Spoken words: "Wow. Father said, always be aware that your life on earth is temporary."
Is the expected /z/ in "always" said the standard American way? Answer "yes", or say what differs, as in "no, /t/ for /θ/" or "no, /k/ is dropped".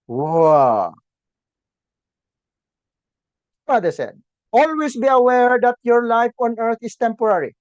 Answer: no, /s/ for /z/